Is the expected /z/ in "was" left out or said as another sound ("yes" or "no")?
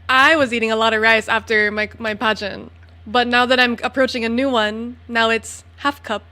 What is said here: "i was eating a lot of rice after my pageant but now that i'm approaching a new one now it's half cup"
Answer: no